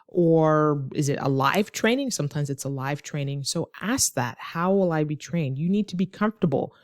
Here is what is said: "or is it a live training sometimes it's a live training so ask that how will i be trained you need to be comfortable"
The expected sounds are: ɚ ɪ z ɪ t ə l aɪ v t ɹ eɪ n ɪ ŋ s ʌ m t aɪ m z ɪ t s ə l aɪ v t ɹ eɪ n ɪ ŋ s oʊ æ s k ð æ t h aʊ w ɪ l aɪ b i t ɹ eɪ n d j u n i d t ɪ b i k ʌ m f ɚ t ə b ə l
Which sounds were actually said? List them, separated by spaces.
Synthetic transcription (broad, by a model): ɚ ɪ z ɪ t ə l aɪ v t ɹ eɪ n ɪ ŋ s ʌ m t aɪ m z ɪ t s ə l aɪ v t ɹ eɪ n ɪ ŋ s oʊ æ s k ð æ t h aʊ w ɪ l aɪ b i t ɹ eɪ n d j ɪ n i d t ɪ b i k ʌ m f t ə b l